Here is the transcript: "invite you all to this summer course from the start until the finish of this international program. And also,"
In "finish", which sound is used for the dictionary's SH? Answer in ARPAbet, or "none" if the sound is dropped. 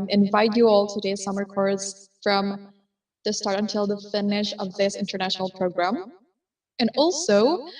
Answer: SH